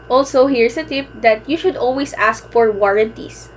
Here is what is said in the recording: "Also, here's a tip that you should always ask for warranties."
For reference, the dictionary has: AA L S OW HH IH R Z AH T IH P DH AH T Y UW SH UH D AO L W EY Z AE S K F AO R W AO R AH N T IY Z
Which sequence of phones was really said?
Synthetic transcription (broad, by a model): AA L S OW HH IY R S AH T IH P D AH T Y UW SH UH D AO L W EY S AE S K F AO R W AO R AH N T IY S